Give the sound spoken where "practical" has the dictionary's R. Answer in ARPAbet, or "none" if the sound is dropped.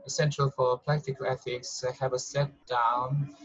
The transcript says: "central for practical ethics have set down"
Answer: L